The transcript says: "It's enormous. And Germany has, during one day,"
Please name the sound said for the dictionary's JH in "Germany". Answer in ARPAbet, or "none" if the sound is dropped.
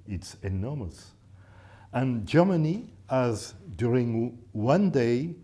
JH